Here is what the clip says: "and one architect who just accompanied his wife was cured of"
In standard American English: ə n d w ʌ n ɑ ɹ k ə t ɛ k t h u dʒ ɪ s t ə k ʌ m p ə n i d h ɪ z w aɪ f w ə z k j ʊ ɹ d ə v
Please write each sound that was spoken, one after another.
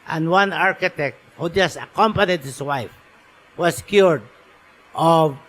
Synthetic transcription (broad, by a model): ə n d w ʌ n ɑ ɹ k ə t ɛ k t h u dʒ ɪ s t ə k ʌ m p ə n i d h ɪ s w aɪ f w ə s k j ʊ ɹ d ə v